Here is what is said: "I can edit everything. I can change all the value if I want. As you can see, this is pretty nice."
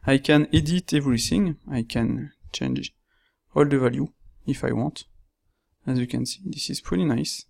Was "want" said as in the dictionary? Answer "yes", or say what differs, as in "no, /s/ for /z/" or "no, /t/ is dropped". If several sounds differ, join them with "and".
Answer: yes